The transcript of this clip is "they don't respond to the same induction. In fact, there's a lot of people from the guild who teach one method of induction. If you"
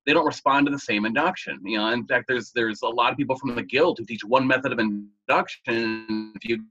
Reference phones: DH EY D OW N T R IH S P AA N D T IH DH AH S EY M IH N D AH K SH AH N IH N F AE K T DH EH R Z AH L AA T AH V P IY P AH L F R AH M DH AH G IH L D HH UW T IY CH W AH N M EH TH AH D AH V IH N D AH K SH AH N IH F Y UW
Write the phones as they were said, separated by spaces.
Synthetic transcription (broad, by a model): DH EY D OW N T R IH S P AA N T IH DH AH S EY M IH N D AH K SH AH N IH N F AE K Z DH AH R Z AH L AA T AH V P IY P L F R AH M DH AH G IH L D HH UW T IY CH W AH N M EH TH AH D AH V IH N D AH K SH AH N IH F Y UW